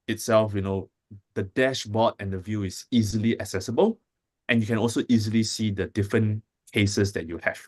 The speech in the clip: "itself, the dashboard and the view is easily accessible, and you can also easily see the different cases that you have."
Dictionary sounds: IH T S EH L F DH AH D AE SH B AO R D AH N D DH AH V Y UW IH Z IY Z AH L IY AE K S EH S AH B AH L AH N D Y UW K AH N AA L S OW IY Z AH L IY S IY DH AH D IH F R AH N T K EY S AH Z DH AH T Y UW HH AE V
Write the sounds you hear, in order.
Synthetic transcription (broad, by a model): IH T S EH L F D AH D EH SH B AO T AH N D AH V Y UW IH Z IY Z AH L IY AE K S EH S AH B AH L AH N Y UW K AH N AA L S OW IY Z AH L IY S IY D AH D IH F R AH N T K EY S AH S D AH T Y UW HH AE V